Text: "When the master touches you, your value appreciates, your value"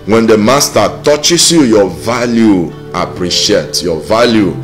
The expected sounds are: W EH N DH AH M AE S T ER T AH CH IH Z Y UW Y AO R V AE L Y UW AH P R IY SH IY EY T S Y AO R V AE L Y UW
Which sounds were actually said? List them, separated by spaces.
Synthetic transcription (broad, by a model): W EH N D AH M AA S T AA T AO CH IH S Y UW Y AO V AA L Y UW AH P R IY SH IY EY T Y AO V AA L Y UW